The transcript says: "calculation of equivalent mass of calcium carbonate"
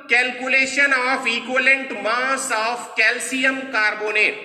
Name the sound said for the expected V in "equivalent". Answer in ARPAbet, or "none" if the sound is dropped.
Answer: none